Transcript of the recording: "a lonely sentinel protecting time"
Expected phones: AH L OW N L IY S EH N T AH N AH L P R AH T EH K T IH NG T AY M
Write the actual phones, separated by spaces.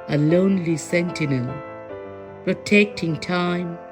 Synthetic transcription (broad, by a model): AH L OW N L IY S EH N T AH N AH N P R AH T EH K T IH NG T AY M